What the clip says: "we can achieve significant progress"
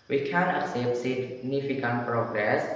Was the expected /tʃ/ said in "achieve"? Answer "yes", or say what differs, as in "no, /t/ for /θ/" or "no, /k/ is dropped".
no, /s/ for /tʃ/